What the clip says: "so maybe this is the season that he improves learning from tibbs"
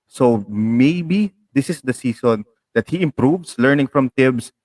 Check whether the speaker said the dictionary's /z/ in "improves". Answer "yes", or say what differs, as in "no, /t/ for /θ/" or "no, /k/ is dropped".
no, /s/ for /z/